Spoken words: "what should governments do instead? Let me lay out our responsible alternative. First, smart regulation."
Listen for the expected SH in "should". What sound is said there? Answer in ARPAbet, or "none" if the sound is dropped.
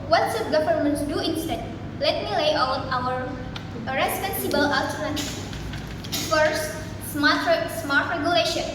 S